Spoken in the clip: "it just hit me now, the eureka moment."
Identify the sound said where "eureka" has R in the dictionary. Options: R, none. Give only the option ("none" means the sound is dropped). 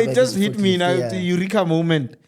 R